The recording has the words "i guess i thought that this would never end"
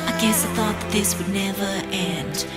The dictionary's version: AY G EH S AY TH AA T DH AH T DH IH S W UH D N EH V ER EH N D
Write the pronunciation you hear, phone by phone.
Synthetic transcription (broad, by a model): AY G EH S AY TH AA T DH AH T DH IH S W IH D N EH V ER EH N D